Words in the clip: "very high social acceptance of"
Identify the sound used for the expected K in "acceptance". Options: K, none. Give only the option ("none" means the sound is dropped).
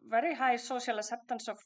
none